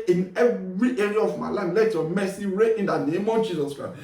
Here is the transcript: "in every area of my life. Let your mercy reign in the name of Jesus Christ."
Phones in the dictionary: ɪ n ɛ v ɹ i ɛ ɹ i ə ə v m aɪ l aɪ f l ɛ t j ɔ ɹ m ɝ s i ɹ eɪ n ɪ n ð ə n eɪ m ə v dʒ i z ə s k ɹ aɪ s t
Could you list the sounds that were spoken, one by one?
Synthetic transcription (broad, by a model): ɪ n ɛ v ɹ i ɛ ɹ i ə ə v m aɪ l aɪ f l ɛ t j ɔ m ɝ s i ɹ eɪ ɪ n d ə n eɪ m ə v dʒ i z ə s k ɹ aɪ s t